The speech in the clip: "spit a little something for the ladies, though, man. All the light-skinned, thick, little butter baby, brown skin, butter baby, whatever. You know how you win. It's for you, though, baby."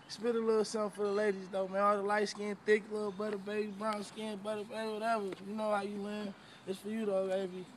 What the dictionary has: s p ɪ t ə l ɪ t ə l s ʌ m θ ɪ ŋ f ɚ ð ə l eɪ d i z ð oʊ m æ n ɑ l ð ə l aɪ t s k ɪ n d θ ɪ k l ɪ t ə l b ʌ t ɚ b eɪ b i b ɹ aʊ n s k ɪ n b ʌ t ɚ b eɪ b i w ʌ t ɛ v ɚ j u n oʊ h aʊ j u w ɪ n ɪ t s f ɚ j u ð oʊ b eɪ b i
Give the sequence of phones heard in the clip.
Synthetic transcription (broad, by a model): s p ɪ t ə l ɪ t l s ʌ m f ɚ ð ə l eɪ d i z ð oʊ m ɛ ɑ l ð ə l aɪ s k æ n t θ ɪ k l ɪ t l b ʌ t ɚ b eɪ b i b ɹ aʊ n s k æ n b ʌ t ɚ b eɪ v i w ʌ t ɛ v ɚ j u n oʊ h aʊ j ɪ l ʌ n ɪ t s f ɚ j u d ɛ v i